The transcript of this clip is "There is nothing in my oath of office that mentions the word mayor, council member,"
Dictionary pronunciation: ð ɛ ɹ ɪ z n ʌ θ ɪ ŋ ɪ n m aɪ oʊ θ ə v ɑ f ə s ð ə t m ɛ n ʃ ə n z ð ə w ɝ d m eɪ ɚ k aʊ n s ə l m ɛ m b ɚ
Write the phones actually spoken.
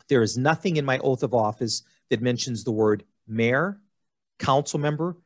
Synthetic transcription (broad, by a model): ð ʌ ɹ ɪ z n ʌ θ ɪ ŋ ɪ n m aɪ oʊ θ ə v ɑ f ə s ð ə t m ɛ n ʃ ə n z ð ə w ɝ d m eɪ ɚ k aʊ n s l m ɛ m b ɚ